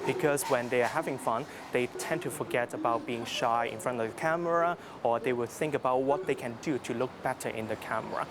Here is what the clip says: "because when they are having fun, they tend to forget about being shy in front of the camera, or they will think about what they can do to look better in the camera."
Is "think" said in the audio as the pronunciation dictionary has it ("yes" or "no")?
yes